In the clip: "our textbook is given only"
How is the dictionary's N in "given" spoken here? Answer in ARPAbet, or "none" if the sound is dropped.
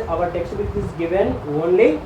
N